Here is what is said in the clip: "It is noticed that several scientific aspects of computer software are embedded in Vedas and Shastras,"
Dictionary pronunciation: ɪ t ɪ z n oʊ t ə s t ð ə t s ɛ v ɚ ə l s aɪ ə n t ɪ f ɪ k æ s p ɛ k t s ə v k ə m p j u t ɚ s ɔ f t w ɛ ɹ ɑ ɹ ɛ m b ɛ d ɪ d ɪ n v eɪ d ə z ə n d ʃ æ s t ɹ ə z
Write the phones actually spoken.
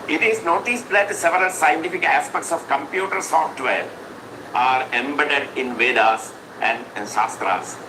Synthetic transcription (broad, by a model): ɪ t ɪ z n oʊ t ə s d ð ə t s ɛ v ɚ ə l s aɪ ə n t ɪ f ɪ k æ s p ɛ k t s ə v k ə m p j u t ɚ s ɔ f t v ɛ ɹ ɑ ɹ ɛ m b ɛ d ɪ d ɪ n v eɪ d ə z ə n d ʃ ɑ s t ɹ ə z